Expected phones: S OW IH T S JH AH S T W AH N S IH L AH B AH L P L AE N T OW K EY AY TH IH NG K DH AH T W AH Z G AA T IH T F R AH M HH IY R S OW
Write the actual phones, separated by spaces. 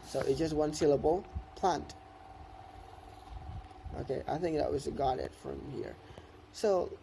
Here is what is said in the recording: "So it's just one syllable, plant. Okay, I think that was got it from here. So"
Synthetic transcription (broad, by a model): S OW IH T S JH AH S T W AH N S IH L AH B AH L P L AE N T OW K EY AY TH IH NG K DH AH T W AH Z G AA T IH T F R AH M HH IY R S OW